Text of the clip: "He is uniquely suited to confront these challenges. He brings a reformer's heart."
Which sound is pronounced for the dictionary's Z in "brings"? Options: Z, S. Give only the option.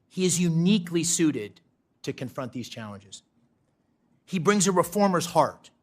Z